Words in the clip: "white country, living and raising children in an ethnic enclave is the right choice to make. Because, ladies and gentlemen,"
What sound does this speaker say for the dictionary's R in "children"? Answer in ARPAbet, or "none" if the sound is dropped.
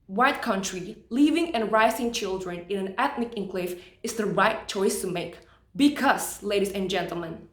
R